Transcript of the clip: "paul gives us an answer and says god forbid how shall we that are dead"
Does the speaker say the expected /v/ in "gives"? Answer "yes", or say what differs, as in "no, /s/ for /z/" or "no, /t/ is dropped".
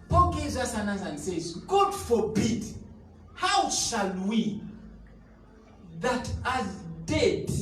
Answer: no, /v/ is dropped